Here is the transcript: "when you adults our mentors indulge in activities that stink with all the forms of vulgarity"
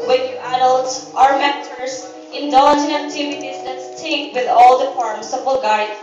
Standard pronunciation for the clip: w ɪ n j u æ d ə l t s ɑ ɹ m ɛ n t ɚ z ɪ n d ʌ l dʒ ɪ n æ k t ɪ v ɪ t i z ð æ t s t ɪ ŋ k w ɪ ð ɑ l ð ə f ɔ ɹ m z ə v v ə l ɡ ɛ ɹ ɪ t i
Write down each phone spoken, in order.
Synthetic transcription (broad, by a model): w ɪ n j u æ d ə l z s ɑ ɹ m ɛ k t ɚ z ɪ n d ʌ n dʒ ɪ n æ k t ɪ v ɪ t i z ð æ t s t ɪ k w ɪ ð ɑ l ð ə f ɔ ɹ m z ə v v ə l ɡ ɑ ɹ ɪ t